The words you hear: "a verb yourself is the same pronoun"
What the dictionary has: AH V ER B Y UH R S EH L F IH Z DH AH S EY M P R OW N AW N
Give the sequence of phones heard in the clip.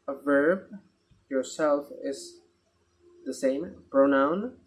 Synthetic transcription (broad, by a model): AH V ER B Y UH R S EH L F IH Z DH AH S EY M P R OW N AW N